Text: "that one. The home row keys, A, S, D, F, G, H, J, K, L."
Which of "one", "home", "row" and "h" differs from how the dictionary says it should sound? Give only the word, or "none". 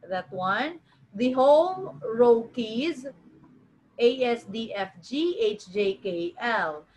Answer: none